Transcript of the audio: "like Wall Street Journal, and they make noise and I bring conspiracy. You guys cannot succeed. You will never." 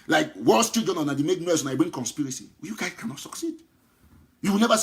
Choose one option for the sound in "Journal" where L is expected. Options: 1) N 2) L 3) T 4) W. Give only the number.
1